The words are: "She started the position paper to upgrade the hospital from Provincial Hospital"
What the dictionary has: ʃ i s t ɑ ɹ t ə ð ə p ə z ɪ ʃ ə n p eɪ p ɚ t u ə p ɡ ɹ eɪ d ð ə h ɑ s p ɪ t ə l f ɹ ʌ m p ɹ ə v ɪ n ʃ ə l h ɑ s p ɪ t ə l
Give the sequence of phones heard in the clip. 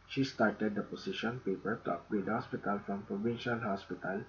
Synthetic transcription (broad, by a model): ʃ i s t ɑ ɹ t ə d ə p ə s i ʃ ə n p eɪ p ɚ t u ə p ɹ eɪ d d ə h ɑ s p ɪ t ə l f ɹ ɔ m p ɹ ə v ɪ n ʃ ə l h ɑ s p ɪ t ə l